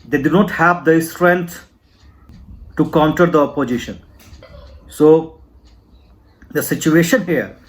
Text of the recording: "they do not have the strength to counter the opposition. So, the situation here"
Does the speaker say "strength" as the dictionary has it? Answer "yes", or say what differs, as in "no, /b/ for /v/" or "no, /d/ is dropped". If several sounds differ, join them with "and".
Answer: no, /t/ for /θ/